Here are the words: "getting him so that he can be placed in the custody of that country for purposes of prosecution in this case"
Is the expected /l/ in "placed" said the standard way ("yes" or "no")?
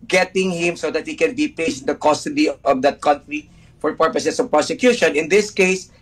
no